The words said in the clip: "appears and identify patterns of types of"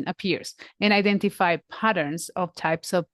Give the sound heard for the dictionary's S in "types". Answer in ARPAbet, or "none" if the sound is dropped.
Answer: S